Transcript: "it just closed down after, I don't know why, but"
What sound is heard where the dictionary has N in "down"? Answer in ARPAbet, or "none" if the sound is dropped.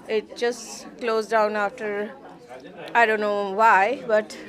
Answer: N